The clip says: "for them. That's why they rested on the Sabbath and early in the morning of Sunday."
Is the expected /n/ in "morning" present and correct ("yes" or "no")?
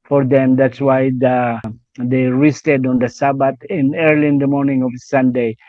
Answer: yes